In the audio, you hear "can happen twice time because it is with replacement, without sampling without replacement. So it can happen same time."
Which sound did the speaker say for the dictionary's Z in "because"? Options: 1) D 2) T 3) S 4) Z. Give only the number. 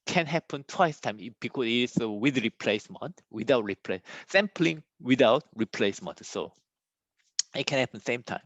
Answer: 3